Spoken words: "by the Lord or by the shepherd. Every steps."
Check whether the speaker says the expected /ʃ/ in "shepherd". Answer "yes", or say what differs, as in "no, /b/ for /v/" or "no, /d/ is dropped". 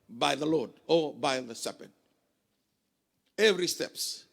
no, /s/ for /ʃ/